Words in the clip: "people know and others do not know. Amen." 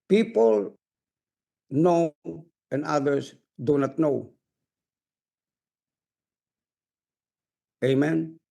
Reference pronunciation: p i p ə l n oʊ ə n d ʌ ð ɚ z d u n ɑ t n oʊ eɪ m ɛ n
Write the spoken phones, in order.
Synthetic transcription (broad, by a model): p i p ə l n oʊ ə n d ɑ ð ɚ s d u n ɑ t n oʊ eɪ m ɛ n